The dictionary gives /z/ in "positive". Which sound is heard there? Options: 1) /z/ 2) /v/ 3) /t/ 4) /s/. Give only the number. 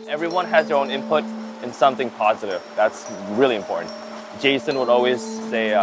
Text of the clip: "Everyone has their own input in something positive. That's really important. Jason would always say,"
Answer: 1